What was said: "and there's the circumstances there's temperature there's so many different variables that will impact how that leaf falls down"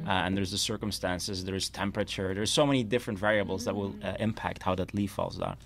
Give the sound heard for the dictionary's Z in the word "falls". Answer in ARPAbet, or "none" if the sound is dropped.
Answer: Z